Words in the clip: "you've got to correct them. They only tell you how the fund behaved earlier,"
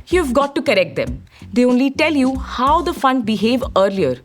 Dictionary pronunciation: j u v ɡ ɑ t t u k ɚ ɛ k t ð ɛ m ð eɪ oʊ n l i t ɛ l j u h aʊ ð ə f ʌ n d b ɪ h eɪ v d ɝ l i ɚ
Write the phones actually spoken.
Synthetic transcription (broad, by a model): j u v ɡ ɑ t t u k ɚ ɛ k t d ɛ m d eɪ oʊ n l i t ɛ l j u h aʊ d ə f ʌ n d b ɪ h eɪ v ɝ l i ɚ